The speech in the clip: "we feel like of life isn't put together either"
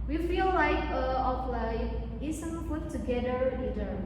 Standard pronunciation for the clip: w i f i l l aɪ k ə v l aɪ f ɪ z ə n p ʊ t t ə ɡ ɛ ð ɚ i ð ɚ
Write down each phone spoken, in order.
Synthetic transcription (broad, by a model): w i f i l l aɪ k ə p l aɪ ɪ s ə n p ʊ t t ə ɡ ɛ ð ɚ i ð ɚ